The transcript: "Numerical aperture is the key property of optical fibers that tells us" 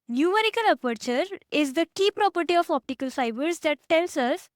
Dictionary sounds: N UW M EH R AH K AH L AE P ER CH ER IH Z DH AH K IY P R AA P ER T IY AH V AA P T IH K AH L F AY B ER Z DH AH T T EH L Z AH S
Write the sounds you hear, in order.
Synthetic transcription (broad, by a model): N UW M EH R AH K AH L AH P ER CH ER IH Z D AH K IY P R AA P ER T IY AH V AA P T IH K AH L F AY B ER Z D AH T T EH L S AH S